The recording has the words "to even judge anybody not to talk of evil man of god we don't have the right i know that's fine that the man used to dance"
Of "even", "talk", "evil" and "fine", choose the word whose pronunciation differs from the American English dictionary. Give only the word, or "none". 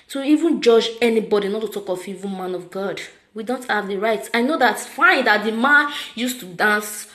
evil